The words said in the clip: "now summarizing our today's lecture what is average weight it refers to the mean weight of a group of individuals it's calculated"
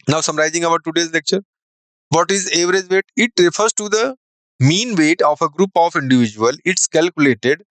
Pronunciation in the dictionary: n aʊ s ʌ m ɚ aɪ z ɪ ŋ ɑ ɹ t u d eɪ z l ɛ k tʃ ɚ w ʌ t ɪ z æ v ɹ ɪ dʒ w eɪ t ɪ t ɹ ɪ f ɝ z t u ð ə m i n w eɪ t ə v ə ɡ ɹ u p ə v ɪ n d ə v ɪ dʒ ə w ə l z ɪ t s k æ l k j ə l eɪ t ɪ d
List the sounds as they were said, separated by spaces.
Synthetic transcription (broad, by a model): n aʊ s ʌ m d aɪ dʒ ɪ ŋ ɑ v t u d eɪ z l ɛ k tʃ ɚ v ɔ t ɪ z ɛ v ɹ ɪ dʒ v eɪ t ɪ t ɹ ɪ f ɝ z t u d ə m i n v eɪ t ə f ə ɡ ɹ u p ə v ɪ n d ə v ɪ dʒ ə ə l ɪ t s k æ l k j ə l eɪ t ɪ d